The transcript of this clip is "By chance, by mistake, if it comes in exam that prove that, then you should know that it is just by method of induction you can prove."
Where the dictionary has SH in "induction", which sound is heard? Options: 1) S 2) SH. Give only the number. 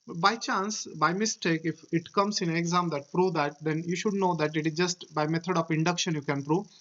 2